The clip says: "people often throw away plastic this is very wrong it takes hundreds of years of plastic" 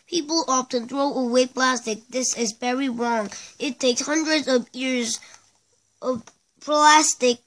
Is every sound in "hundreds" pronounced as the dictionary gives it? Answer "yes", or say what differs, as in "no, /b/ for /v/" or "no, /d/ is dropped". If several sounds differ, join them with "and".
yes